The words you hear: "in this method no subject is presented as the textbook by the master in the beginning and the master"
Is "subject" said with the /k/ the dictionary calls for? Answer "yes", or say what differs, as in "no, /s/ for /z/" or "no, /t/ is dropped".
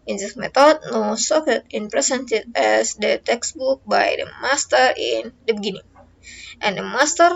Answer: no, /k/ is dropped